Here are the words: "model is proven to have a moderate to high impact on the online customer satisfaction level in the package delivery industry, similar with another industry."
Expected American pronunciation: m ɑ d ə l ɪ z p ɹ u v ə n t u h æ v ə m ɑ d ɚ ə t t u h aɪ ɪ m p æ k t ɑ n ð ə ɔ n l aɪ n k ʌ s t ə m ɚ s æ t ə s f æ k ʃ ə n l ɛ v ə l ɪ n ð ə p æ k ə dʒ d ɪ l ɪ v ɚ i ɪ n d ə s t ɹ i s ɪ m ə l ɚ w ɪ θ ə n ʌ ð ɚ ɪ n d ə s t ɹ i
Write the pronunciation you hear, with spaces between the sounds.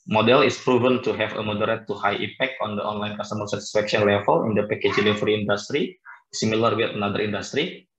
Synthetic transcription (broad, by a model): m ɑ d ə l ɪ s p ɹ u v ə n t u h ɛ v ə m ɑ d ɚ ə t t u h aɪ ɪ p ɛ k t ɑ n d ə ɔ n l aɪ n k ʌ s t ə m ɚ s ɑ t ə s f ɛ k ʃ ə n l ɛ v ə l ɪ n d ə p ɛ k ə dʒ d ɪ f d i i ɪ n d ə s t ɹ i s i m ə l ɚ w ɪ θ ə n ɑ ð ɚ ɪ n d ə s t ɹ i